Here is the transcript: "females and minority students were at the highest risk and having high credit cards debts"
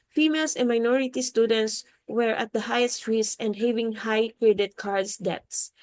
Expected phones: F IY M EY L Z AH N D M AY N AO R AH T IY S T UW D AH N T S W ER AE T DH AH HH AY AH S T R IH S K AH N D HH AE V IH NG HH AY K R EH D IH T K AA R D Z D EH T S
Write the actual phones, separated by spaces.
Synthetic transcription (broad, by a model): F IY M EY L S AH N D M AY N AO R AH T IY S T UW D AH N T S W ER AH T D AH HH AY AH S T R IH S AH N D HH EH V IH NG HH AY K R EH D IH T K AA R D S D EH T S